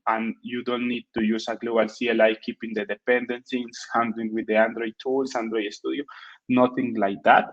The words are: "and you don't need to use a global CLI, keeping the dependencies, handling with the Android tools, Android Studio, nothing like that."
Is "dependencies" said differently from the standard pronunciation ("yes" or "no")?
yes